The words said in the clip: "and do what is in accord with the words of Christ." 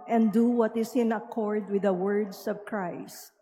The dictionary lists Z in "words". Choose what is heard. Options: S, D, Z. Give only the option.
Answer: S